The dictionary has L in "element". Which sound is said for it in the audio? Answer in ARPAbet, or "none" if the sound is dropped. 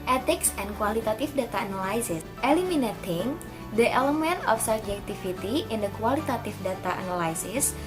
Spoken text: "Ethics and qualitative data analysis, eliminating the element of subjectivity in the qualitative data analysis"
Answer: L